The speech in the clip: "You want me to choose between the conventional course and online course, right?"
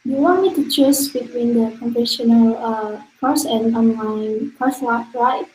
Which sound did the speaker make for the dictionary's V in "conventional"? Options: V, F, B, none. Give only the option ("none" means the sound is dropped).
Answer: F